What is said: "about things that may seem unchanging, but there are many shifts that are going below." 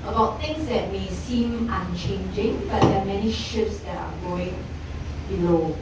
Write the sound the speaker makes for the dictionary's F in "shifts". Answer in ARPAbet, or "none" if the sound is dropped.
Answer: none